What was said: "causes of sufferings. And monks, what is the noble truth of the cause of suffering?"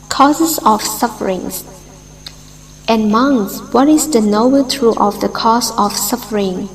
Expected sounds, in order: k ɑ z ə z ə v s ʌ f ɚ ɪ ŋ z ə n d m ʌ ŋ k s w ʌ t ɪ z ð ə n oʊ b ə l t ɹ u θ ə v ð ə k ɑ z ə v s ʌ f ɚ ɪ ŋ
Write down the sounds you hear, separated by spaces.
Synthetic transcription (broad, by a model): k ɑ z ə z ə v s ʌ f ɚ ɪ ŋ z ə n m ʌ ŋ s w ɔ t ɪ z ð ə n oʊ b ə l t ɹ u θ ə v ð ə k ɑ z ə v s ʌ f ɚ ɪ ŋ